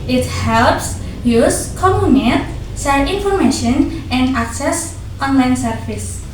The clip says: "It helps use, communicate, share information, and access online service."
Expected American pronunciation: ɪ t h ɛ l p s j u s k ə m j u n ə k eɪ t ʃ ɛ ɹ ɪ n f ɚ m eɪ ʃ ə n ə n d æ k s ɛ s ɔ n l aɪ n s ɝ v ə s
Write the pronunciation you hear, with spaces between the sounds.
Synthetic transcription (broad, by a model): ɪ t h ɛ l p s j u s k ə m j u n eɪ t s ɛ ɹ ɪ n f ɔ m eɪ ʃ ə n ə n d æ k s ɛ s ɔ n l aɪ n s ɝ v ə s